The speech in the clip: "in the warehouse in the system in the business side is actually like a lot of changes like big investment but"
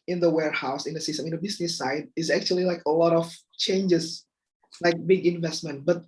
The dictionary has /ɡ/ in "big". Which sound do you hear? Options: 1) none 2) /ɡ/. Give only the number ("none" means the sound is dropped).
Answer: 2